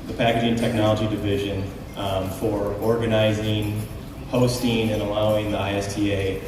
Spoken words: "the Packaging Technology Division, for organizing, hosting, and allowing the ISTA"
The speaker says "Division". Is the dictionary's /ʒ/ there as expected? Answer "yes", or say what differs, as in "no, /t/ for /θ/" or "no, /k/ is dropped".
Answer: yes